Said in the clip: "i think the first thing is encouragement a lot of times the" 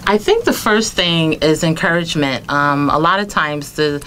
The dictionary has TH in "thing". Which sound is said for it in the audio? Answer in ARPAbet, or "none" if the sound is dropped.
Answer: TH